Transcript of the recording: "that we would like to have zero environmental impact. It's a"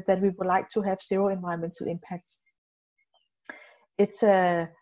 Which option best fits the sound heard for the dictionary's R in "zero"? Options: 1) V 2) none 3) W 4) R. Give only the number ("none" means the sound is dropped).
2